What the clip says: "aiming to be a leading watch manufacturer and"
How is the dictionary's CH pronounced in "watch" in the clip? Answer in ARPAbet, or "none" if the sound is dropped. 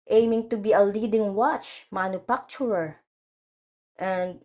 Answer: CH